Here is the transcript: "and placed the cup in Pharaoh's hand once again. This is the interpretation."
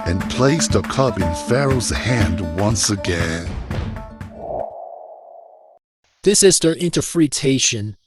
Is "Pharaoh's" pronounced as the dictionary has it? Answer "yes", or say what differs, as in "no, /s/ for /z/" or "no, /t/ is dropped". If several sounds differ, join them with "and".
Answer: yes